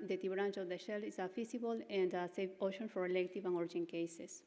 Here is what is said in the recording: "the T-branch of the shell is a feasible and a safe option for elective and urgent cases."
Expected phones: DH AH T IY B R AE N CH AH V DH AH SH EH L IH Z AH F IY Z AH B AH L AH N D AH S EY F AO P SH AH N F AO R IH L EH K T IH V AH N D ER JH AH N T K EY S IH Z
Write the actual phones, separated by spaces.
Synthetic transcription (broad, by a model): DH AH T IY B R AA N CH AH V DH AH SH EH L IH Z AH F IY S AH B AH L AH N D AH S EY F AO SH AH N F AO R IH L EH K T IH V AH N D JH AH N K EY S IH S